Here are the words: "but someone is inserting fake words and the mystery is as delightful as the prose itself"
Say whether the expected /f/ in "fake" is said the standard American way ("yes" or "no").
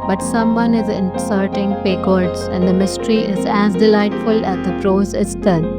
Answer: no